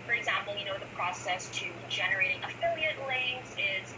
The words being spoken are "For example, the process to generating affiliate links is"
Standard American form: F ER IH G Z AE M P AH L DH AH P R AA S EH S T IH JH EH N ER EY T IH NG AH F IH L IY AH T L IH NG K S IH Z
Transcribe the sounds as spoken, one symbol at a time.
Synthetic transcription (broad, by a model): F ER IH G Z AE M P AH N DH AH P R AA S EH S T IH JH EH N ER EY T IH NG AH F IH L IY AH T L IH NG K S IH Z